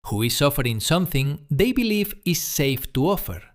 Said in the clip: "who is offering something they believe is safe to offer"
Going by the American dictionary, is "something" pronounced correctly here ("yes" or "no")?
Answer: yes